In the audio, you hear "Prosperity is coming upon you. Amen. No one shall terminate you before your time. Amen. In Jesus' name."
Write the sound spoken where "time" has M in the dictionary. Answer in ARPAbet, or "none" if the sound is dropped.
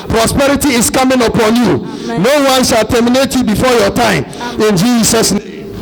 none